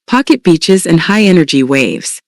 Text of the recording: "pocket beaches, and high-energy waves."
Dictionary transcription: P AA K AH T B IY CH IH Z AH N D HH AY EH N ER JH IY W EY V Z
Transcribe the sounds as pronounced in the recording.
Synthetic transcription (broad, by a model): P AA K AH T B IY CH IH Z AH N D HH AY EH N ER JH IY W EY V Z